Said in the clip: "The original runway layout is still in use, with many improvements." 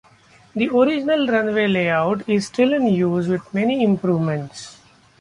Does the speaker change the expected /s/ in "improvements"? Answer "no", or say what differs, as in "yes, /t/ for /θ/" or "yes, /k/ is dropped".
no